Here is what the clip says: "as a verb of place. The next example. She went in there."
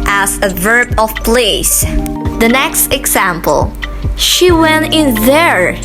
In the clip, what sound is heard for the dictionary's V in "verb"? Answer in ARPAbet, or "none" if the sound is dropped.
V